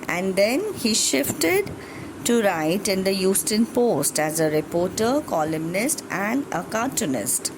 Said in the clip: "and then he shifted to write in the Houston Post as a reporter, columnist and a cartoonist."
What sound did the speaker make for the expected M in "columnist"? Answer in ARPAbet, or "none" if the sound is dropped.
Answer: M